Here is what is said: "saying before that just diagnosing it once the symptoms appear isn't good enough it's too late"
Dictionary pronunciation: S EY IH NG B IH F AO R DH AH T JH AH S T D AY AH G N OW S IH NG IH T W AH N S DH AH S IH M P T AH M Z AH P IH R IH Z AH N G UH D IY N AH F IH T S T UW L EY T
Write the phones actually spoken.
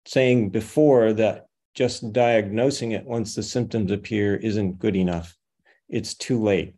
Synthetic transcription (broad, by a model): S EY IH NG B IH F AO R DH AH T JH AH S D AY AH G N OW S IH NG IH T W AH N S DH AH S IH M P T AH M Z AH P IH R IH Z AH N G UH D IY N AH F IH T S T UW L EY T